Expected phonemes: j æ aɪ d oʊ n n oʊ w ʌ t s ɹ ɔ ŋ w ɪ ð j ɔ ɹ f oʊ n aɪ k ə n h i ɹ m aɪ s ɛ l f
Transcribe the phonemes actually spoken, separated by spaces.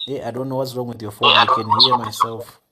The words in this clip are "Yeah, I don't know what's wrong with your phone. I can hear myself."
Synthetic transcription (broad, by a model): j aɪ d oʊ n n oʊ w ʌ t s ɹ ɔ ŋ w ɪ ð j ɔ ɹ f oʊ aɪ k ə n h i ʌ m aɪ s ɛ l f